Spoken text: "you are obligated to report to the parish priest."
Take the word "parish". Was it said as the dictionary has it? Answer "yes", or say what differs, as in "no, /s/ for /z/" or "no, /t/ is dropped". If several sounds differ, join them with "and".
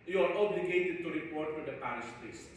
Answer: no, /s/ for /ʃ/